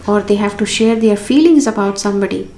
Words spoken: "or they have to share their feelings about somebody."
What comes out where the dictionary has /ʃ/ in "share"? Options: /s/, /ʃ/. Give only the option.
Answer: /ʃ/